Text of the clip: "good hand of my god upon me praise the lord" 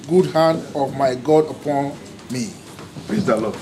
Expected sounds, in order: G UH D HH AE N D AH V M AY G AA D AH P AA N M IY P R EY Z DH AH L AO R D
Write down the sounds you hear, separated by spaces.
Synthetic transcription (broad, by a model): G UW D HH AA N D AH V M AY G AA D AH P AA N M IY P L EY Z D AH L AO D